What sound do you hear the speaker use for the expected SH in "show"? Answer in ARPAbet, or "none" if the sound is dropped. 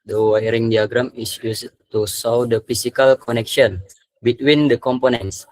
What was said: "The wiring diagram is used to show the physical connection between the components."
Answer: S